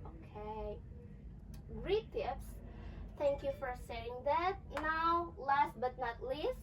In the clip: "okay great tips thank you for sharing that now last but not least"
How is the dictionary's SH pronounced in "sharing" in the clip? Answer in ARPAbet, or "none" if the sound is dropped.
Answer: S